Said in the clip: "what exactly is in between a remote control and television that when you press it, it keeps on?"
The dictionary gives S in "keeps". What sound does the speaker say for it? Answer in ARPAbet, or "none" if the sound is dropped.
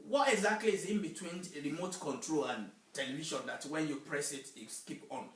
none